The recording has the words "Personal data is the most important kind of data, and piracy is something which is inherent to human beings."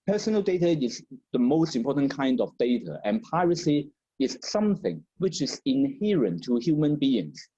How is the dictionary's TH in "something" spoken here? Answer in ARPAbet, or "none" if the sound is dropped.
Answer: TH